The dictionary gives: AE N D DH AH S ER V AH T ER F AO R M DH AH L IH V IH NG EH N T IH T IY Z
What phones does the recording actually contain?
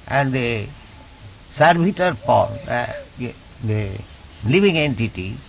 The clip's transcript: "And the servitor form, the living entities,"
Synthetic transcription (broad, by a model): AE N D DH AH S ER B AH T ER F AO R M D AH L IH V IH NG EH N T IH T IY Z